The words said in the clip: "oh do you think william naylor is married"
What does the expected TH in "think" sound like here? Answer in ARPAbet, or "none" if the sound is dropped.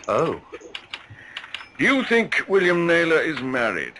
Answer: TH